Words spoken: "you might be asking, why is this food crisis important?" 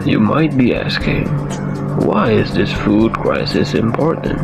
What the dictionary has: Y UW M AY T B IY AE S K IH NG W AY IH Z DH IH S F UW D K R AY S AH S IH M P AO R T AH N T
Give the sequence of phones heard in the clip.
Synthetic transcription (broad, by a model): Y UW M AY T B IY AE S K IH NG W AY IH Z DH IH S F UW D K R AY S AH S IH M P AO R T N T